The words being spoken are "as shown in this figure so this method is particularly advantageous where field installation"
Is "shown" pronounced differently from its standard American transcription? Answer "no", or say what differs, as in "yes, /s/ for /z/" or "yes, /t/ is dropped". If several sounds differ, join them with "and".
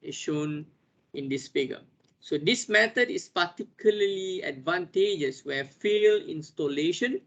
no